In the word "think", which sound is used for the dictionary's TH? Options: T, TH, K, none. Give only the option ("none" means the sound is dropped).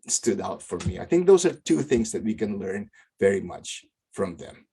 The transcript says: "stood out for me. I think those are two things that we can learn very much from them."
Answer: TH